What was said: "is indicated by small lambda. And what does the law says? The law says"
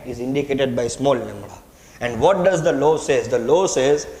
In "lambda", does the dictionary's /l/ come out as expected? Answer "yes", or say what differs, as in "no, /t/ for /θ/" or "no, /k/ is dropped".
no, /n/ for /l/